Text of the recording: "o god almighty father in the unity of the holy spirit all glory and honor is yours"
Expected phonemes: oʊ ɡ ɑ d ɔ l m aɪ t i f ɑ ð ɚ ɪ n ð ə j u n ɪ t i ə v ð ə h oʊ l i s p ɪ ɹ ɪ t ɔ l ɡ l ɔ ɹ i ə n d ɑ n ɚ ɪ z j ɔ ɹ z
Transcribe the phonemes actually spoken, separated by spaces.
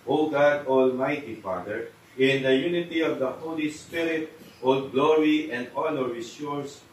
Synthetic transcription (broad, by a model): oʊ ɡ ɑ d ɔ l m aɪ t i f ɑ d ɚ ɪ n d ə j u n ɪ t i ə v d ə h oʊ l i s p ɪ ɹ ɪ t ɔ l ɡ l ɔ ɹ i ə n d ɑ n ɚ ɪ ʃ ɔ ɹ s